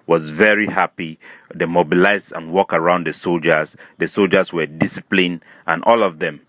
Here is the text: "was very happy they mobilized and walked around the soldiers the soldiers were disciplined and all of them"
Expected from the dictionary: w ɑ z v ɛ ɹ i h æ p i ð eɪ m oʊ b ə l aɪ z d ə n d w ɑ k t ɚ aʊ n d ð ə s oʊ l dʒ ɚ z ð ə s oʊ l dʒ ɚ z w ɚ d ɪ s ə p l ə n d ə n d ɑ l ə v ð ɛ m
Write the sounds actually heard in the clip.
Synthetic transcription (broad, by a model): w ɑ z v ɛ ɹ i h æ p i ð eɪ m oʊ b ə l aɪ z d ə n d w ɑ k ɚ aʊ n d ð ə s oʊ l dʒ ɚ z ð ə s oʊ l dʒ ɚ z w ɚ d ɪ s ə p l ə n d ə n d ɑ l ə v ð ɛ m